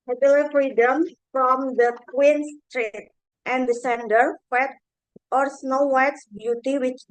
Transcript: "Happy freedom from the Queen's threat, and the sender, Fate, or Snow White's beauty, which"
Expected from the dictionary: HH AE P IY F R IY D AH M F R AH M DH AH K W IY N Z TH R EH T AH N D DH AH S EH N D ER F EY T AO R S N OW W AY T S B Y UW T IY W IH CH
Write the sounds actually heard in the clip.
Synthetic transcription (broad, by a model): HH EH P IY F R IY D AH M F R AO M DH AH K W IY N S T R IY T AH N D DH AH S EH N D ER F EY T AO R S N OW W AY T S B Y UW T IY W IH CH